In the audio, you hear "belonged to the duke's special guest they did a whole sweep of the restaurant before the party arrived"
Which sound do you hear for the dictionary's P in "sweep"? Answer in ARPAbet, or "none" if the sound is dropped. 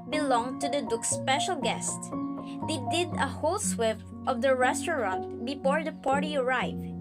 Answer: F